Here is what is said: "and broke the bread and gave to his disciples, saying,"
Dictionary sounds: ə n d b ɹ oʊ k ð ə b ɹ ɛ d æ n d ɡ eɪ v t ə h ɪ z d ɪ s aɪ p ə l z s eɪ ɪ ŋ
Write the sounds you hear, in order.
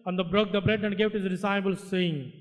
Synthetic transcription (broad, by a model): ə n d b ɹ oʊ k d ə b ɹ ɛ d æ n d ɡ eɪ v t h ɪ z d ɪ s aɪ b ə l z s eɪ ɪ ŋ